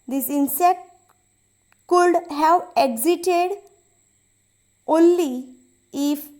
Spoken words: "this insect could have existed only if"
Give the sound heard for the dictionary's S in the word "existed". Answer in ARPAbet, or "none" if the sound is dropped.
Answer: none